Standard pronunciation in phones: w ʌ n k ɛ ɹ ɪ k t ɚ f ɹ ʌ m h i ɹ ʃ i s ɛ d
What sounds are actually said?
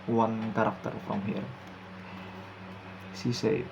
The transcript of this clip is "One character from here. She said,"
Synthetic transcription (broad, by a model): w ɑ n k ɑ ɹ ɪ k t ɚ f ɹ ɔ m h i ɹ s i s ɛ